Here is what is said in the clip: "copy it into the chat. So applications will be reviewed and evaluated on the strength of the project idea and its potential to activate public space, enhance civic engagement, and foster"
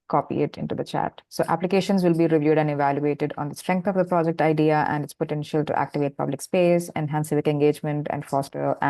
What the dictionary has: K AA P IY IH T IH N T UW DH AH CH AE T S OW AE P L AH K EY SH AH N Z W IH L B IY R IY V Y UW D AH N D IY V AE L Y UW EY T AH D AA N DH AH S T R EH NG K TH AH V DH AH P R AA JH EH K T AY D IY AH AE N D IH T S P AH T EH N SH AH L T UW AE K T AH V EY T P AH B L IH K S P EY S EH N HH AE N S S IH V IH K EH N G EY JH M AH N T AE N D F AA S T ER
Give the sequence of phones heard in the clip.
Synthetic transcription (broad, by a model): K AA P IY IH T IH N T UW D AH CH AE T S OW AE P L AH K EY SH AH N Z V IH L B IY R IY V Y UW D AH N D IY V AE L Y UW EY T AH D AA N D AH S T R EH NG K T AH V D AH P R AA JH EH K T AY D IY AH AE N D IH T S P AH T EH N SH AH L T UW AE K T AH V EY T P AH B L IH K S P EY S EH N HH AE N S S IH V IH K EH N G EY JH M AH N T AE N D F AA S T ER